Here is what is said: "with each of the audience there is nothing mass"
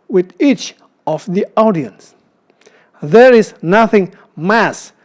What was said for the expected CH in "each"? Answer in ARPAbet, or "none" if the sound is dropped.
CH